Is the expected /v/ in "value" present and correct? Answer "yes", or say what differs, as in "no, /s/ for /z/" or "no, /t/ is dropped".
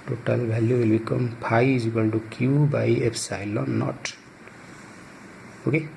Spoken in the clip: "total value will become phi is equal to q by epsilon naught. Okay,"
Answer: no, /b/ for /v/